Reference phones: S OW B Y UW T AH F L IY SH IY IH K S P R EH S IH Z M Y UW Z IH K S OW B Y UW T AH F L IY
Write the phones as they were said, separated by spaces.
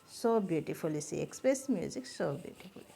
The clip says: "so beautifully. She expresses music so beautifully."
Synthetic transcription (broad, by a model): S OW B Y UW T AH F L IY S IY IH K S P R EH S M Y UW Z IH K S OW B Y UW T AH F L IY